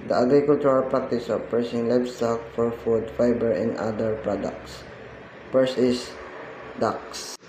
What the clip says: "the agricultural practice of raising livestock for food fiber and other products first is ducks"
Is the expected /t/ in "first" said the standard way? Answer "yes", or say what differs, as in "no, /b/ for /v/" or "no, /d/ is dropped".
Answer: no, /t/ is dropped